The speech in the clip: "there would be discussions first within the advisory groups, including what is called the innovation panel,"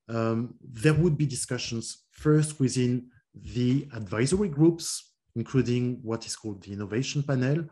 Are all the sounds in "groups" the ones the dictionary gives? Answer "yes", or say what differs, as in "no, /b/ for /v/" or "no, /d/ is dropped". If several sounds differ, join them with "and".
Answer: yes